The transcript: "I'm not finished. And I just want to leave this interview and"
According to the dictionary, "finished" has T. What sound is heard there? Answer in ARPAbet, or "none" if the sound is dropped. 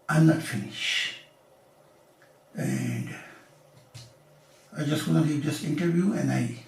none